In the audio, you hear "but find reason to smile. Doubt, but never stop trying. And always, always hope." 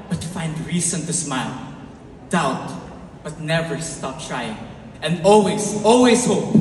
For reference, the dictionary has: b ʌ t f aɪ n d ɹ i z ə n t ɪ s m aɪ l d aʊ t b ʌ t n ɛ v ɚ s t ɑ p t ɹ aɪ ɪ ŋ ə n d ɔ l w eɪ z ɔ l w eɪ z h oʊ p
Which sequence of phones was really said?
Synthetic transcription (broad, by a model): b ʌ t f aɪ n d ɹ i s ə n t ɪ s m aɪ l d aʊ t b ʌ t n ɛ v ɚ s t ɑ p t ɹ aɪ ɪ ŋ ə n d ɔ l w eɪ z ɔ l w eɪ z h oʊ p